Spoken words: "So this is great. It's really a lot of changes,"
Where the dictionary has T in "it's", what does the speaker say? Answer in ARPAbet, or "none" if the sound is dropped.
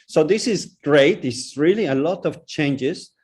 S